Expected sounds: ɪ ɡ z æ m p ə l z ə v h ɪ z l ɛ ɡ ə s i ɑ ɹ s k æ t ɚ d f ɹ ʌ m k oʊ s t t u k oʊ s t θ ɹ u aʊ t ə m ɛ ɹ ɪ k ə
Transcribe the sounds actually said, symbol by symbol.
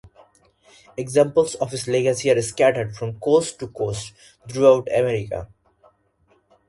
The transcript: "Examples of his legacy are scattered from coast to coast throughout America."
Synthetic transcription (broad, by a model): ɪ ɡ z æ m p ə l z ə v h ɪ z l ɛ ɡ ə s i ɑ ɹ s k æ t ɚ d f ɹ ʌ m k oʊ s t t u k oʊ s t t ɹ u aʊ t ə m ɛ ɹ ɪ k ə